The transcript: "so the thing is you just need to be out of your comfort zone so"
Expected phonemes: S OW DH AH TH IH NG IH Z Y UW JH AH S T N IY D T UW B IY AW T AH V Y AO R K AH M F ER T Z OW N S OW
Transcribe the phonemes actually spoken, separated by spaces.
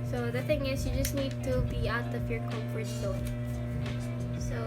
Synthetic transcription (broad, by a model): S OW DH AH TH IH NG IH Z Y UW JH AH S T N IY D T UW B IY AW T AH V Y AO R K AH F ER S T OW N S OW